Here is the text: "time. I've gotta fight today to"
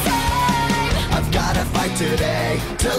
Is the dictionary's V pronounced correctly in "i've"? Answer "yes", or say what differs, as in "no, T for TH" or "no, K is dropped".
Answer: yes